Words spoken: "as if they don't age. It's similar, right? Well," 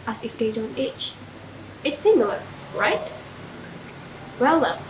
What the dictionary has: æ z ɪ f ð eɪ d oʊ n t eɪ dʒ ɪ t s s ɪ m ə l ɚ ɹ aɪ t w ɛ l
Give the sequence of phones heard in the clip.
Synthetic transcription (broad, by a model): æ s ɪ f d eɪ d oʊ n t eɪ tʃ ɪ t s s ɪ m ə l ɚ ɹ aɪ t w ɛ l